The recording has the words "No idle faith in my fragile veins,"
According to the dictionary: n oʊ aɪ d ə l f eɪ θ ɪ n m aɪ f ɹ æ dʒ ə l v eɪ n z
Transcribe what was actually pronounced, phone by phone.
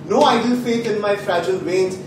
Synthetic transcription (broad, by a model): n oʊ aɪ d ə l f eɪ t ɪ n m aɪ f ɹ æ dʒ ə l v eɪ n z